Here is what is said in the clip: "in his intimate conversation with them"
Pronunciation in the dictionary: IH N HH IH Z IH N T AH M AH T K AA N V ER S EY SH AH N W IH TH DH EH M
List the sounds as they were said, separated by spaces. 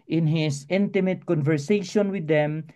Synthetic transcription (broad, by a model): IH N HH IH S IH N T AH M AH T K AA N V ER S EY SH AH N W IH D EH M